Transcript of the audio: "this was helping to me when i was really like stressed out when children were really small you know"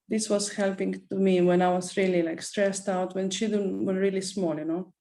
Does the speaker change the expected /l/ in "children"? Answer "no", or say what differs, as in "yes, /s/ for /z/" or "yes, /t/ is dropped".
yes, /l/ is dropped